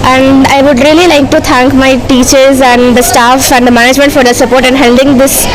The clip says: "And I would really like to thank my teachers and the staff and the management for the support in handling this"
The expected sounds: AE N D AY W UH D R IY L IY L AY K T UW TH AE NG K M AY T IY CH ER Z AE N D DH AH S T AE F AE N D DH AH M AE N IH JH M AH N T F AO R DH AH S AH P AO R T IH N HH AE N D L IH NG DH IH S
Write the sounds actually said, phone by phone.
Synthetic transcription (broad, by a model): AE N D AY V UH D R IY L IY L AY K T UW T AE NG K M AY T IY CH ER Z AE N D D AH S T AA F AE N D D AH M AE N IH JH M AH N T F AO R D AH S AH P AO R T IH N HH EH L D IH NG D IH S